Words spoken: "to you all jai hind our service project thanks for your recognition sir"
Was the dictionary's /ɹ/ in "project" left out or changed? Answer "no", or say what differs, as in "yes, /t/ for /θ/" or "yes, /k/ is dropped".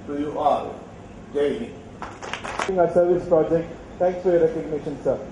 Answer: no